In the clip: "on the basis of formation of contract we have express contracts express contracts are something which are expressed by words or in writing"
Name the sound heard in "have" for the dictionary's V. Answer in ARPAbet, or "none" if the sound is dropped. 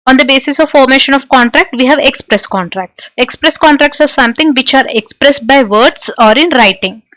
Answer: V